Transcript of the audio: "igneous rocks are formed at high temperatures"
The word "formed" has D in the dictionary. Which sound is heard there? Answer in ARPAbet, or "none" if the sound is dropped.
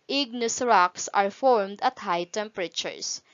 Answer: D